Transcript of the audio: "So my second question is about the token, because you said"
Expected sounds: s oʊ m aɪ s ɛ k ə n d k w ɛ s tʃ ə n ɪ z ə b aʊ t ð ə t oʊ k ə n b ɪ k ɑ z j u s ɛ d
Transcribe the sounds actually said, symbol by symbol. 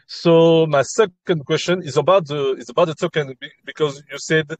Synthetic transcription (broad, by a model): s oʊ m aɪ s ɛ k ə n d k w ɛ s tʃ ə n ɪ z ə b aʊ t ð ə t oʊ k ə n b ɪ k ɑ z j u s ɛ d